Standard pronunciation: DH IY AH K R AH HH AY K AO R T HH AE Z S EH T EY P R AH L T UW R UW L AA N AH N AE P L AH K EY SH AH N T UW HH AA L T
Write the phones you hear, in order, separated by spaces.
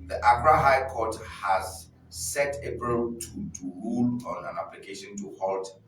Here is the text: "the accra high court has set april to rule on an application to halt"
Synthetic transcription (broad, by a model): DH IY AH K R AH HH AY K AO T HH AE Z S EH T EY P AH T T UW R UW L AA N AH N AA P L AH K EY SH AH N T UW HH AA L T